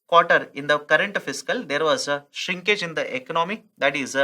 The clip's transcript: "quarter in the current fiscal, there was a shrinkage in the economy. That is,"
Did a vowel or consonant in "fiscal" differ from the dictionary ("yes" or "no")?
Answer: no